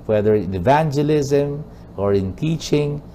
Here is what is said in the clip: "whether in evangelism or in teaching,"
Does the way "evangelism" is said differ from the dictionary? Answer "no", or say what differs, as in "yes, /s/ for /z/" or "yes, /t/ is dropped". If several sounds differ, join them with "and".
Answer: no